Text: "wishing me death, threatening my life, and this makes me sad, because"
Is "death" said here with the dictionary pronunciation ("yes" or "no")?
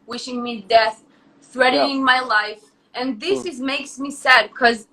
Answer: yes